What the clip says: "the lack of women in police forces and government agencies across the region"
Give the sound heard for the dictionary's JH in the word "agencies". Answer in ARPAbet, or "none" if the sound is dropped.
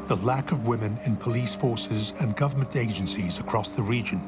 JH